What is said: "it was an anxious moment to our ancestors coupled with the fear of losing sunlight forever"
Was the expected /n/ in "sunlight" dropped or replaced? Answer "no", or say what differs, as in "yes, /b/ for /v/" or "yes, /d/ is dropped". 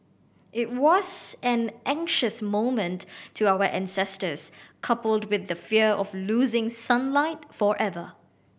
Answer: no